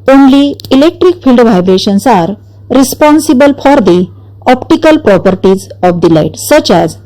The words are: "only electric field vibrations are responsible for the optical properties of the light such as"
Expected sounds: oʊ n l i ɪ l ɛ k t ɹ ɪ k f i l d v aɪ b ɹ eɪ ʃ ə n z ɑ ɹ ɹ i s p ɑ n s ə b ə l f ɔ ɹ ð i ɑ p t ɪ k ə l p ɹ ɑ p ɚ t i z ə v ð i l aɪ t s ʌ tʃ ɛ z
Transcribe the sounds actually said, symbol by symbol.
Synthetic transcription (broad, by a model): oʊ n l i ɪ l ɛ k t ɹ ɪ k f i l d v aɪ b ɹ eɪ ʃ ə n s ɑ ɹ ɹ i s p ɑ n s ə b ə l f ɔ ɹ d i ɑ p t ɪ k ə l p ɹ ɑ p ɚ t i z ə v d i l aɪ t s ʌ tʃ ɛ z